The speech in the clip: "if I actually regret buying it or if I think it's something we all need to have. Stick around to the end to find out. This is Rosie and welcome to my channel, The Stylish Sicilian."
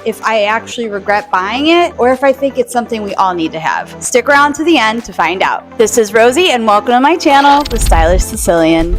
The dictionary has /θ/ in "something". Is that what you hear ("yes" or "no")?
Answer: yes